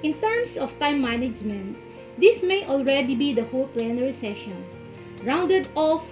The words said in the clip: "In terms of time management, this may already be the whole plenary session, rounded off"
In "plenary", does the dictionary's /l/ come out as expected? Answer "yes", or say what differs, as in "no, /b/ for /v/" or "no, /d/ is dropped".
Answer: yes